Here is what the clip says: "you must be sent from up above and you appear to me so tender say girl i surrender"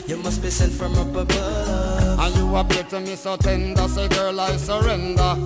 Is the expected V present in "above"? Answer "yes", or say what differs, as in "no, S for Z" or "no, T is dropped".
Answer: no, V is dropped